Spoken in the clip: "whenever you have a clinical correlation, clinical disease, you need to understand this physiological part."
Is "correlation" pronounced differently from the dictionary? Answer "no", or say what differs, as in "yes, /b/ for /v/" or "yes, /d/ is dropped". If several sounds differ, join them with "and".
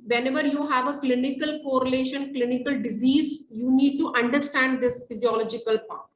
no